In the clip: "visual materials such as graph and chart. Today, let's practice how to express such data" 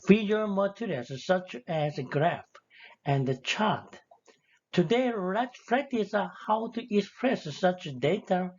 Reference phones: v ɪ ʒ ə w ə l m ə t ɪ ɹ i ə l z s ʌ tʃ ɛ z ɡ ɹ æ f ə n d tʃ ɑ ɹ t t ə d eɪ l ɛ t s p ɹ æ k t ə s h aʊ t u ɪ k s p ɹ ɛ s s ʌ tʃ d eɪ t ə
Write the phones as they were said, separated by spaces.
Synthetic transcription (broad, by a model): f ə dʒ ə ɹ m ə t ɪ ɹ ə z s ʌ tʃ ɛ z ɡ ɹ æ f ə n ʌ tʃ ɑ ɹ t t ə d eɪ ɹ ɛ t p ɹ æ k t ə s h aʊ t u ɪ k s p ɹ ɛ s s ʌ tʃ d eɪ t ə